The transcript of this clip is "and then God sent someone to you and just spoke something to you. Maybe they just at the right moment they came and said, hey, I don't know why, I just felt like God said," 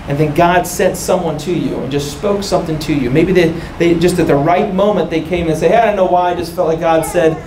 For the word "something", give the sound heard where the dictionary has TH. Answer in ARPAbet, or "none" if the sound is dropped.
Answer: TH